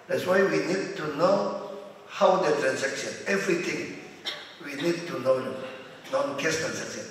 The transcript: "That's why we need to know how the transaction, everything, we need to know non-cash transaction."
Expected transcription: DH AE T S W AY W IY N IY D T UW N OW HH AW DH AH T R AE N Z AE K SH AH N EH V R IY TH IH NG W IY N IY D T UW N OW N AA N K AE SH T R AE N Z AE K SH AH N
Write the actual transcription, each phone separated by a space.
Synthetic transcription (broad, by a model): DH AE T S W AY W IY N IY D T UW N OW HH AW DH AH T R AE N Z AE K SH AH N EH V R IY T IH NG W IY N IY D T UW N OW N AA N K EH S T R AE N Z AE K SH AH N